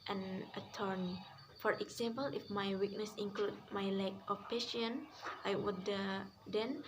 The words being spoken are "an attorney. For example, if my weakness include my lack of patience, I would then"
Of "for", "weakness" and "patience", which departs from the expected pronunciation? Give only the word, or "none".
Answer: patience